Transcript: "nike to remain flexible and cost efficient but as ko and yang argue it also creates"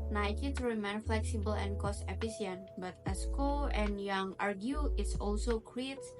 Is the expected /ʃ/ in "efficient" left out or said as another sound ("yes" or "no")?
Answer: yes